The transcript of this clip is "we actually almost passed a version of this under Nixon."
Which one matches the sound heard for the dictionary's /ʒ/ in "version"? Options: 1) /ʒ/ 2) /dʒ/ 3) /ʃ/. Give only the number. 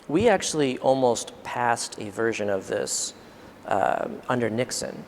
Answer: 1